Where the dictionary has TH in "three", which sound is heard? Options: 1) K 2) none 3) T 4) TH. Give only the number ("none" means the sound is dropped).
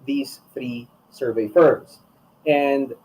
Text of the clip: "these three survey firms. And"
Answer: 4